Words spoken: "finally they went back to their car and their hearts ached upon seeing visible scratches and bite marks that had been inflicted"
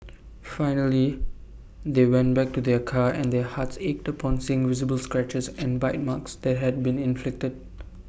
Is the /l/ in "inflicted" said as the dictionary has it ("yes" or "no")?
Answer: yes